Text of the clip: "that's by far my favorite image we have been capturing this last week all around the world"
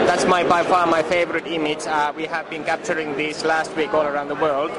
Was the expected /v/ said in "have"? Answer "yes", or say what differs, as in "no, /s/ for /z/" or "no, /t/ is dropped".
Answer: yes